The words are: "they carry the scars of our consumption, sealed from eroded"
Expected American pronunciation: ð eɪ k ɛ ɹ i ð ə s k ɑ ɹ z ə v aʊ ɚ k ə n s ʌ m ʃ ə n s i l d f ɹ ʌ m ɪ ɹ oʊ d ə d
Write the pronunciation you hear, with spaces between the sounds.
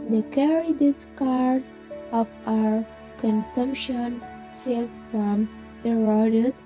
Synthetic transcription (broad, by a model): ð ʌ k ɛ ɹ i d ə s k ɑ ɹ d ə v aʊ ɚ k ə n s ʌ m ʃ ə n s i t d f ɹ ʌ m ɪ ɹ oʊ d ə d